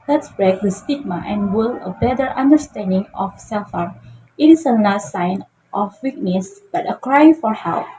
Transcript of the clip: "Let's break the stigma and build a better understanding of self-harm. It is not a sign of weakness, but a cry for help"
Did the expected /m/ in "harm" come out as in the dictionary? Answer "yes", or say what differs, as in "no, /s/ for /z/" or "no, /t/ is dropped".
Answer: no, /m/ is dropped